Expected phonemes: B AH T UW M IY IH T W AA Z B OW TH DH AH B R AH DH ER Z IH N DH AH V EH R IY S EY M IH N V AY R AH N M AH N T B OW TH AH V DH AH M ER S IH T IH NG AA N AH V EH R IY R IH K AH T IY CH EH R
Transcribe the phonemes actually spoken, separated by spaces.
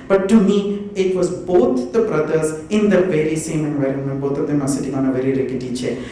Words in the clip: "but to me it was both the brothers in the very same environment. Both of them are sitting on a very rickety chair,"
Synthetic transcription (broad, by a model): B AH T UW M IY IH T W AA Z B OW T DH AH B R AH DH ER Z IH N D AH V EH R IY S EY M IH N V AY R AH N M AH N T B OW T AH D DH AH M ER S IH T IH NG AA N AH V EH R IY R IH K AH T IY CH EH